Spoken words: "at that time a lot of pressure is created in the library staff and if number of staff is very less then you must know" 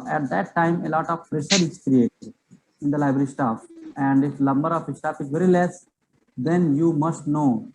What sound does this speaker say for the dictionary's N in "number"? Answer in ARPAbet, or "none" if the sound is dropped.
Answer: L